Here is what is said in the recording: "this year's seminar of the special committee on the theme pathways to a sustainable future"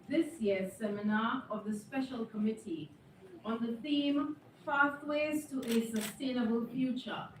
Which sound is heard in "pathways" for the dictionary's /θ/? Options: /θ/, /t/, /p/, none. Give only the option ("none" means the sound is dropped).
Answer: /t/